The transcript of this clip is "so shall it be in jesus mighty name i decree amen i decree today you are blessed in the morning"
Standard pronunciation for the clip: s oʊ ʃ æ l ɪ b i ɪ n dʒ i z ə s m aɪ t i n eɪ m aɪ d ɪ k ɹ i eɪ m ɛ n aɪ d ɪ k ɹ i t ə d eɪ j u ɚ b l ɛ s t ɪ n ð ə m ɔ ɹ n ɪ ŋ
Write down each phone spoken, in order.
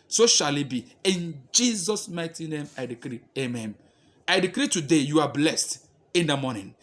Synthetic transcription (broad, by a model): s oʊ ʃ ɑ l ɪ b i ɪ n dʒ i z ə s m aɪ t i n eɪ m aɪ d ɪ k ɹ i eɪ m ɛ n aɪ d ɪ k ɹ i t ə d eɪ j u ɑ b l ɛ s t ɪ n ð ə m ɔ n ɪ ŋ